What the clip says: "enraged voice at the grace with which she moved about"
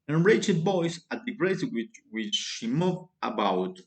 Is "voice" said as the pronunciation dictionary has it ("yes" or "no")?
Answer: no